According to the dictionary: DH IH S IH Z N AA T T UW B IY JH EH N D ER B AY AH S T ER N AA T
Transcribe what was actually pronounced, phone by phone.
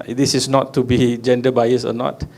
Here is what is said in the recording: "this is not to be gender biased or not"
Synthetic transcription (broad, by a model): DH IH S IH S N AA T T UW B IY JH EH N D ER B AY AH S AO N AA T